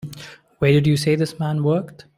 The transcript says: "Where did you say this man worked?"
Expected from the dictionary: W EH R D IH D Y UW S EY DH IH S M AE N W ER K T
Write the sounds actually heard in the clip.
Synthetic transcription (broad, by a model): W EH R D IH D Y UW S EY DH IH S M AE N W ER K T